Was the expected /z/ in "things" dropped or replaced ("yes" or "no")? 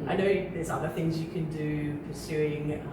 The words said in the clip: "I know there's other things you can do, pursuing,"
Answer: no